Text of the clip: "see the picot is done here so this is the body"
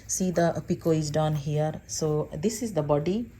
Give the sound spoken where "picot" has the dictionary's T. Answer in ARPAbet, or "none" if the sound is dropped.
none